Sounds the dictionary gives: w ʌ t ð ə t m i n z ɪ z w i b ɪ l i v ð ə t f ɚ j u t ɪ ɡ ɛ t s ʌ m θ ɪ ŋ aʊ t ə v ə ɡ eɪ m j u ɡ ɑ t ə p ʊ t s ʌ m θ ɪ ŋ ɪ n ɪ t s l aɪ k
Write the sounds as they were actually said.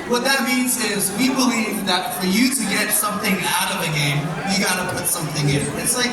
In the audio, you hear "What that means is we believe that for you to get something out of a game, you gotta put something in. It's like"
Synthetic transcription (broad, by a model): w ʌ t ð ə t m i n z ɪ z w i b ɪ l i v ð ə t f ɚ j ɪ t ɪ ɡ ɛ t s ʌ m θ ɪ ŋ aʊ t ə v ə ɡ eɪ m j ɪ ɡ ɑ t ə p ʊ t s ʌ m θ ɪ ŋ ɪ n ɪ t s l aɪ k